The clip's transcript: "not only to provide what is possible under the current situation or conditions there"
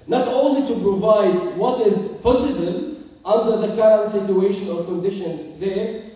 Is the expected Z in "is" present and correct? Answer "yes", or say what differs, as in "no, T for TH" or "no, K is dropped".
yes